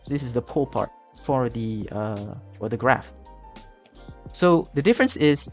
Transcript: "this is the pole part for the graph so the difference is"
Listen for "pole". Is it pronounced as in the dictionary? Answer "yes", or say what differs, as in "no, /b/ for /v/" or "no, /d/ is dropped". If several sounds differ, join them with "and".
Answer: yes